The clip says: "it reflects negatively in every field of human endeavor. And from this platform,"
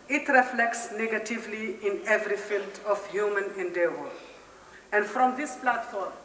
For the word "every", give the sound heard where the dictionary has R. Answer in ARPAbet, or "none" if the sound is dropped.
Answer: R